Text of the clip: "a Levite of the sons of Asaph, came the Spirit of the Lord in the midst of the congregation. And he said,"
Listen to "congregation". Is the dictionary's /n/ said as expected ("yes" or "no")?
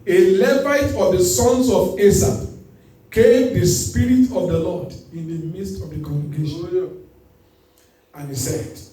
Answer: no